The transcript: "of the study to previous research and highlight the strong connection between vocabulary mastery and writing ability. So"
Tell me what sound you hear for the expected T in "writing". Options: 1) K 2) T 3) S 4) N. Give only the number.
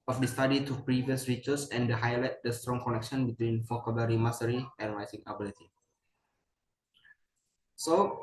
3